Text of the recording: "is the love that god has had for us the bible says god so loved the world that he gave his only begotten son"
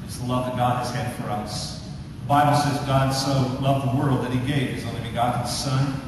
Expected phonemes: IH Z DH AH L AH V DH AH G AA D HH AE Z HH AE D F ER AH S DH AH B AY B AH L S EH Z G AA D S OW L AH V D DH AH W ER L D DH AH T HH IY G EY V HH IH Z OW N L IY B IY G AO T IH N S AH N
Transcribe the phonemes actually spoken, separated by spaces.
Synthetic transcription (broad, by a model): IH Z DH AH L AH V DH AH G AA D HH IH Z HH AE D F ER AH S DH AH B AY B L S EH Z G AA D S OW L AH V DH AH W ER L D DH AH T HH IY G EY V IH Z OW N L IY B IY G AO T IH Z S AH N